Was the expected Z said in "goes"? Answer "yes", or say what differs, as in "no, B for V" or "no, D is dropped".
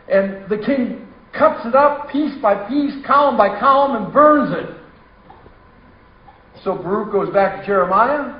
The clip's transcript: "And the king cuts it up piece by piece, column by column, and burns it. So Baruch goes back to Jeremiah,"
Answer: yes